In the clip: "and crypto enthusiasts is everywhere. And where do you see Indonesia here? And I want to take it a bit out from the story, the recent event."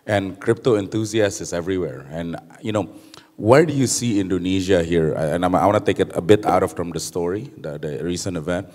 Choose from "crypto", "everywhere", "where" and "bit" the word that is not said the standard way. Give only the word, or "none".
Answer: where